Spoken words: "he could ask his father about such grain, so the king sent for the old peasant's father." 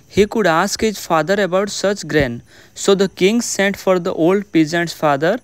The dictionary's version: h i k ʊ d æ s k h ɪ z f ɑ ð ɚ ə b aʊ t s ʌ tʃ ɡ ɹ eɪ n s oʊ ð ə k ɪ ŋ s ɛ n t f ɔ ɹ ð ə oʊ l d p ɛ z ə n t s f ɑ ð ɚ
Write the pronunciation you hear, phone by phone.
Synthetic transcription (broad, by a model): h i k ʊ d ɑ s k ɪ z f ɑ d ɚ ə b aʊ t s ʌ tʃ ɡ ɹ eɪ n s oʊ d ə k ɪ ŋ s ɛ n t f ɔ ɹ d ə oʊ l d p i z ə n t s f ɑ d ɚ